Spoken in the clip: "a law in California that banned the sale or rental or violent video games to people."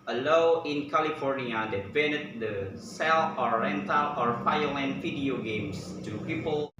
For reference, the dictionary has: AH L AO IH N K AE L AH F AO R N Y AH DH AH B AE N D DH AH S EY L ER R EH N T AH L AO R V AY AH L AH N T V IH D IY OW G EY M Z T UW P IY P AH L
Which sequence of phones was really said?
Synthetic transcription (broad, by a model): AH L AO IH N K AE L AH F AO R N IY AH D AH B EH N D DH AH S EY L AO R EH N T AH L AO R F AY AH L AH N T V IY D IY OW G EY M S T UW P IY P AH L